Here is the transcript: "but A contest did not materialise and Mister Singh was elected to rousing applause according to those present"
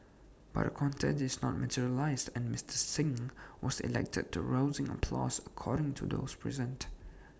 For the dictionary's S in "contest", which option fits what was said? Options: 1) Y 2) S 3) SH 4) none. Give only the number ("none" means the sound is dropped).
4